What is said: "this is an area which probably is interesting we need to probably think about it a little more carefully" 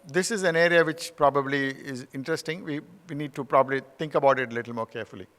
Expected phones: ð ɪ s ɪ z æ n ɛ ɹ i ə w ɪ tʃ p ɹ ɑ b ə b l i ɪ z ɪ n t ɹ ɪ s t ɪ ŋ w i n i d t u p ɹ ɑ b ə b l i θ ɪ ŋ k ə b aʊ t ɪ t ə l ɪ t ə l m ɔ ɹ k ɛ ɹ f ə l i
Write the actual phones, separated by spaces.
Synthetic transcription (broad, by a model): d ɪ s ɪ z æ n ɛ ɹ i ə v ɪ tʃ p ɹ ɑ b ə b l i ɪ z ɪ n t ɹ ɪ s t ɪ ŋ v i n i d t u p ɹ ɑ b ə b l i t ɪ ŋ k ə b aʊ t ɪ t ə l ɪ t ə l m ɔ ɹ k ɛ ɹ f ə l i